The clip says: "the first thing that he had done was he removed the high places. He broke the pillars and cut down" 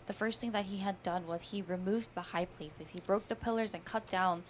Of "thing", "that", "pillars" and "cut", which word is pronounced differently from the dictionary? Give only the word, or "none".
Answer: none